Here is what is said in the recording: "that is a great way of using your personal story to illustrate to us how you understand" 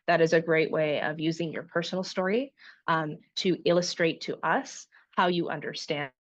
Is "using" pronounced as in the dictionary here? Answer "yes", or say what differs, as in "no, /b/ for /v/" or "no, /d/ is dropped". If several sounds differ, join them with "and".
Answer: yes